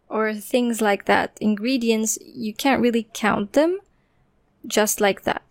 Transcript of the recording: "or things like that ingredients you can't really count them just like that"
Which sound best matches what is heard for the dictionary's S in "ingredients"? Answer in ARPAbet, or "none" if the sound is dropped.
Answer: S